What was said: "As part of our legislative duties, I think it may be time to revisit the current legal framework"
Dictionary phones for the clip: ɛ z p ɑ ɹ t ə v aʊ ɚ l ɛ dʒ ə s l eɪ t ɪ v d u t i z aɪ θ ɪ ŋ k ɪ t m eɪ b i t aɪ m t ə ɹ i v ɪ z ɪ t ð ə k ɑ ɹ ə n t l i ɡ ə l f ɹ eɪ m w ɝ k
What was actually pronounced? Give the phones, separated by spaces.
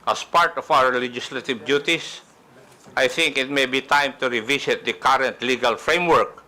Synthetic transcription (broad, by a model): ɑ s p ɑ ɹ t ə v aʊ ɚ l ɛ dʒ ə s l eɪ t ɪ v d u t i s aɪ θ ɪ ŋ k ɪ t m eɪ b i t aɪ m t ə ɹ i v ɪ s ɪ t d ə k ɑ ɹ ə n t l i ɡ ə l f ɹ eɪ m w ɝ k